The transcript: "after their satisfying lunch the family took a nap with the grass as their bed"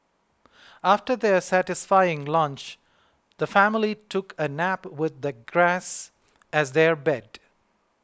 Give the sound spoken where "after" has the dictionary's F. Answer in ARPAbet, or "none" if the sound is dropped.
F